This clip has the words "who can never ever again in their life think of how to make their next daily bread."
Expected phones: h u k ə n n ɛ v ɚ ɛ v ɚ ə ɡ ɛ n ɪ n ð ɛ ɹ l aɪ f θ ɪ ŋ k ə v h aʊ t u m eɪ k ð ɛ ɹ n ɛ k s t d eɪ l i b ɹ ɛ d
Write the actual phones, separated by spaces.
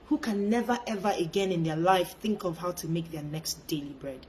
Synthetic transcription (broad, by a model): h u k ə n n ɛ v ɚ ɛ v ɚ ə ɡ ɛ n ɪ n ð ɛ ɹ l aɪ f θ ɪ ŋ k ə v h aʊ t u m eɪ k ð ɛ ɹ n ɛ k s t d eɪ l i b ɹ ɛ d